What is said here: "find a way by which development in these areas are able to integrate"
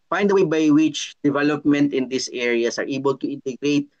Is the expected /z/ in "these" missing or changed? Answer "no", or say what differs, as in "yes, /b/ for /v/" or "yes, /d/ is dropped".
yes, /s/ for /z/